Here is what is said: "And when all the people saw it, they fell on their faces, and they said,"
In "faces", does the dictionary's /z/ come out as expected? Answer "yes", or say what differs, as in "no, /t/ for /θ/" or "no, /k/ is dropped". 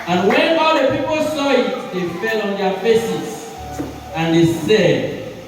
no, /s/ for /z/